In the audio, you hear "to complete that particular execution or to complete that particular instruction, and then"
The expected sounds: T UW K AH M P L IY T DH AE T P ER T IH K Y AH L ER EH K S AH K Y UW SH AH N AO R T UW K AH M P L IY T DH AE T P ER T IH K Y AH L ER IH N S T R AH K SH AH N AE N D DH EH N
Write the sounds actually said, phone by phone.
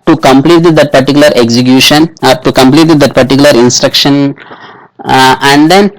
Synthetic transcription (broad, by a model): T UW K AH M P L IY T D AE T P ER T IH K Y L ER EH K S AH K Y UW SH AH N AO R T UW K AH M P L IY T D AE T P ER T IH K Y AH L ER IH N S T R AH K SH AH N AE N D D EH N